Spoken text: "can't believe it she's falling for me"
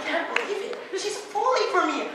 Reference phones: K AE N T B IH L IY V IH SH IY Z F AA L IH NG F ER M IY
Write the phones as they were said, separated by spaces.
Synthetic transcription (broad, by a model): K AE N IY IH IY IH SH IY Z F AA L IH F ER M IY